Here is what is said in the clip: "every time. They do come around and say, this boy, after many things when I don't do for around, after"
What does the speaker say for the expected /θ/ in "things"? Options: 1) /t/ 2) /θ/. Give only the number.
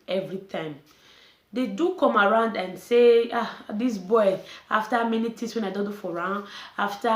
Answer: 1